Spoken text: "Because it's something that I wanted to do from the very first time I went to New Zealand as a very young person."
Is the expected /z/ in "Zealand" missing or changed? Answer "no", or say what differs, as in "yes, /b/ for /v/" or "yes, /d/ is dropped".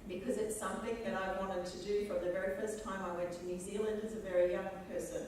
no